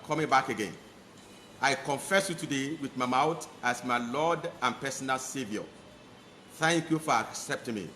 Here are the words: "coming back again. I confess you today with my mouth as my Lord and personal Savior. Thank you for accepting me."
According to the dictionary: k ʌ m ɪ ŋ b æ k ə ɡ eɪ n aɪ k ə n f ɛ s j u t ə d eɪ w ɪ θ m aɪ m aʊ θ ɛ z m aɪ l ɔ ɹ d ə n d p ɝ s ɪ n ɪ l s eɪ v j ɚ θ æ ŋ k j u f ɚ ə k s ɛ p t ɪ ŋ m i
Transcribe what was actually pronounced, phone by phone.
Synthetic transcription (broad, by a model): k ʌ m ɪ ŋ b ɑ k ə ɡ eɪ n aɪ k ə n f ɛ s j u t ə d eɪ w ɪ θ m aɪ m aʊ t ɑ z m aɪ l ɔ d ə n p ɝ s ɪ n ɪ l s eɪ v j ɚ θ æ ŋ k j u f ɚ ə k s ɛ p t ɪ ŋ m i